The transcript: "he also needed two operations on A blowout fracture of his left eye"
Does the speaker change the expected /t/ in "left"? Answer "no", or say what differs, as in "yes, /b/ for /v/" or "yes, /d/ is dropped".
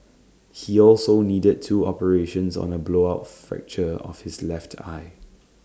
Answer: no